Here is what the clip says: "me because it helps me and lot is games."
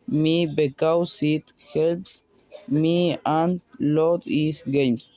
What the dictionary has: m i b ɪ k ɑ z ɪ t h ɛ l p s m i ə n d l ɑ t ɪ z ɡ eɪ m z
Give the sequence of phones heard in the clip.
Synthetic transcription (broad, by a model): m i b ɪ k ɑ s ɪ t h ɛ l p s m i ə n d l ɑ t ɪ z ɡ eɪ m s